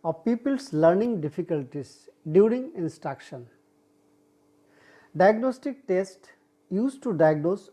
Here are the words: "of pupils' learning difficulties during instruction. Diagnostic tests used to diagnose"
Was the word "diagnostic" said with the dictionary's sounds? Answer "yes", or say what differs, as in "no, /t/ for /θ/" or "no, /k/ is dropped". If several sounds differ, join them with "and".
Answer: yes